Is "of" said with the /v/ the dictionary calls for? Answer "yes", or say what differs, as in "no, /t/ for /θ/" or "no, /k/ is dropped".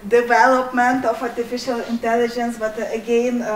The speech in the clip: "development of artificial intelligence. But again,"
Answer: no, /f/ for /v/